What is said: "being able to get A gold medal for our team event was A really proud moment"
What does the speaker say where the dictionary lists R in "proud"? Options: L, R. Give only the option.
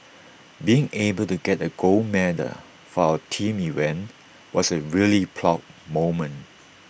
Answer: L